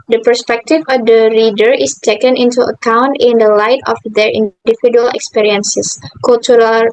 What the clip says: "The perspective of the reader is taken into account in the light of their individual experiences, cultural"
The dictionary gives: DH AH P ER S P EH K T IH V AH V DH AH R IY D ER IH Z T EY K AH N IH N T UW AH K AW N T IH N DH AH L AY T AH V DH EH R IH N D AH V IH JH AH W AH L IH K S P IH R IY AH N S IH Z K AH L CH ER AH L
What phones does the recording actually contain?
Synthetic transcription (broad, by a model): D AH P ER S P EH K T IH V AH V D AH R IY D ER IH S T EY K AH N IH N T UW AH K AW N T IH N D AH L AY T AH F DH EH R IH N D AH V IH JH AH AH L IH K S P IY R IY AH N S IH S K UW L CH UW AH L